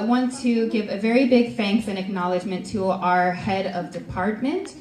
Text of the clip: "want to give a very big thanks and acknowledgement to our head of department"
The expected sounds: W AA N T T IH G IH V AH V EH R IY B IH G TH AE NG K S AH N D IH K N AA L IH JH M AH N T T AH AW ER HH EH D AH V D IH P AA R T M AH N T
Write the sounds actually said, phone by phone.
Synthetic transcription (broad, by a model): W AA N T T IH G IH V AH V EH R IY B IH G F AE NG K TH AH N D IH K N AA L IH JH M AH N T T AH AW ER HH EH D AH V D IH P AA R T M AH N T